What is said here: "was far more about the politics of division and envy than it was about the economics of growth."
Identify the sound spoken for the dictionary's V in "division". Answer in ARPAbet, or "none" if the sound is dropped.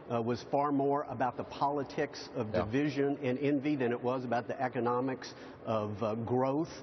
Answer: V